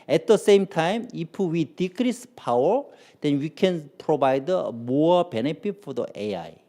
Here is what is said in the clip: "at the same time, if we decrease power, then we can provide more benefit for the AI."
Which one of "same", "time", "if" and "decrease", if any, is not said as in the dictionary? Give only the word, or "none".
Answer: if